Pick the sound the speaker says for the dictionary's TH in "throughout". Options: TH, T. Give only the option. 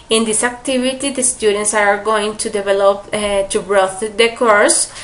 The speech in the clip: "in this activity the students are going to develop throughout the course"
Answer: T